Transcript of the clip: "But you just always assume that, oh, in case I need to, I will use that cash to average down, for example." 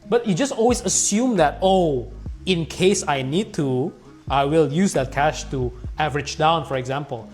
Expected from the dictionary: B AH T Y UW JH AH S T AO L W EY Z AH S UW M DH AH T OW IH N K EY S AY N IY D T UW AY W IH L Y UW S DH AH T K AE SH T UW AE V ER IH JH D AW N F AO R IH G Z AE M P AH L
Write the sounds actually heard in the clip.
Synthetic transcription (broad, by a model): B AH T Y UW JH AH S T AO L W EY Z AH S UW M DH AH T OW IH N K EY S AY N IY D T UW AY W IH L Y UW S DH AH T K AE SH T UW AE V ER IH JH D AW N F AO R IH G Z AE M P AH L